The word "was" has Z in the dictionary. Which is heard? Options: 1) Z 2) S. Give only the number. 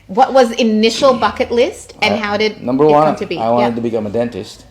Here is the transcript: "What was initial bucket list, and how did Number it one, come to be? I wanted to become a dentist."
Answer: 1